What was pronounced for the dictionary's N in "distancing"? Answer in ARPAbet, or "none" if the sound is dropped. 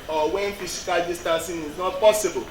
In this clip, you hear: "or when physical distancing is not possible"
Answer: none